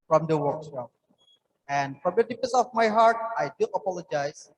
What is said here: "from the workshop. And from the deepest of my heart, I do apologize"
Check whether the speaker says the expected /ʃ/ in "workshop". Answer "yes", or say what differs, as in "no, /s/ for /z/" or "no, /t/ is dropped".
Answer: no, /s/ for /ʃ/